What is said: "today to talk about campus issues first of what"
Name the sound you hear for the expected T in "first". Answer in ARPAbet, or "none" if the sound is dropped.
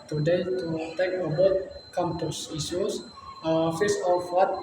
none